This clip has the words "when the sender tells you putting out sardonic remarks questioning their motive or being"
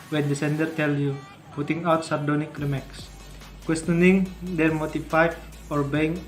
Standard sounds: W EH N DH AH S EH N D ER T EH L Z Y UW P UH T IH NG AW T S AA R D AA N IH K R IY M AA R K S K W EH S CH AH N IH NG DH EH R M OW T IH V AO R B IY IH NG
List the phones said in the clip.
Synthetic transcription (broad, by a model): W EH N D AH S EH N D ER T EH L Y UW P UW T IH NG AW T S AA R D AA N IH K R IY M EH K S K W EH S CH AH N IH NG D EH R M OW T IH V AO R B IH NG